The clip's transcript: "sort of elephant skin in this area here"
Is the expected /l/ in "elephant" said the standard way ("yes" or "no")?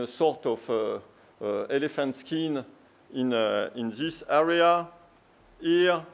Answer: yes